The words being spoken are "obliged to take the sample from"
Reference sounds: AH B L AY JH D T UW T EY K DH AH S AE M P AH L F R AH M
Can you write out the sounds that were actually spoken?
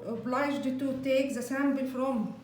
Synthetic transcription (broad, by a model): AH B L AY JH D T UW T EY K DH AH S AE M B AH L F R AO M